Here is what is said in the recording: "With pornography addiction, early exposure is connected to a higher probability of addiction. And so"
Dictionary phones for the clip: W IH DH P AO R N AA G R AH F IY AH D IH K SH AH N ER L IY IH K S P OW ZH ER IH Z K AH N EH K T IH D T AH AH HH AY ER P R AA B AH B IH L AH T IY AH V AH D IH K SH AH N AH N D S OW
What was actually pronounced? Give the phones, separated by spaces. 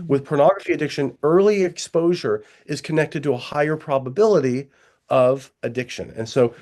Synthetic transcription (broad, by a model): W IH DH P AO R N AA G R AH F IY AH D IH K SH AH N ER L IY IH K S P OW ZH ER IH Z K AH N EH K T IH D T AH AH HH AY ER P R AA B AH B IH L AH T IY AH V AH D IH K SH AH N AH N S OW